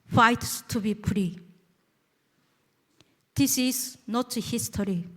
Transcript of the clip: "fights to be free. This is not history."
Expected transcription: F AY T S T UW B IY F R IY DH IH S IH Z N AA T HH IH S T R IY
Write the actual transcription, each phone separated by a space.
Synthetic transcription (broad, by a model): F AY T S T UW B IY P R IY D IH S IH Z N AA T HH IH S T R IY